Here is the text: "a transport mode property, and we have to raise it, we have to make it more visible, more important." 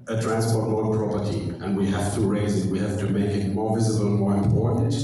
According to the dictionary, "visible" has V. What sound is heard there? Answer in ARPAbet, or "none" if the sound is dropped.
V